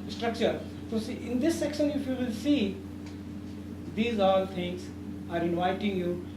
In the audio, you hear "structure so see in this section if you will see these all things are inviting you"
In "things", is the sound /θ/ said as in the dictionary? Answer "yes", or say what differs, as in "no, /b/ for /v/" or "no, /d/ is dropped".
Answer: no, /t/ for /θ/